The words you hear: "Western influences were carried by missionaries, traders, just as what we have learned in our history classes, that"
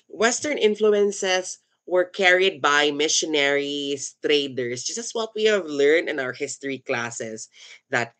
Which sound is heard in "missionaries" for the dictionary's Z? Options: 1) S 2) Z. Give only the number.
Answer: 1